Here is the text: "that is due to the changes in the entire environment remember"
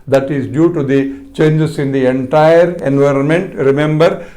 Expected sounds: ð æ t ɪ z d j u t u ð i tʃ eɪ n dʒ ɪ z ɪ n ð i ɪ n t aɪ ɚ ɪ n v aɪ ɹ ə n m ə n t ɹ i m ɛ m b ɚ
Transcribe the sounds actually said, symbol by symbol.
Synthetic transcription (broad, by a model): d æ t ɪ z d j u t u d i tʃ eɪ n dʒ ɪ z ɪ n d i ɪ n t aɪ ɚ ɪ n v aɪ ɹ ə n m ə n t ɹ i m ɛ m b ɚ